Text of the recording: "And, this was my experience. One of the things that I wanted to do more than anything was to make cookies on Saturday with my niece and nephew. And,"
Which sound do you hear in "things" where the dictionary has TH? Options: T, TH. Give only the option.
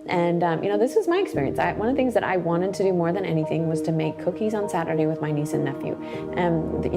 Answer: TH